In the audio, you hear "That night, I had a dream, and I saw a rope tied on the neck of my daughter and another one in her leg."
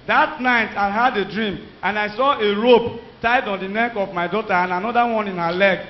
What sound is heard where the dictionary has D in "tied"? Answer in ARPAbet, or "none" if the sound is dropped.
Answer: D